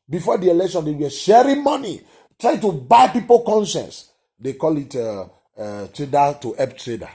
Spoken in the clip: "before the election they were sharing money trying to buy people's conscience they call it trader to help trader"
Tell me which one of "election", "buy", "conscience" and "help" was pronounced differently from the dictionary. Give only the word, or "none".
help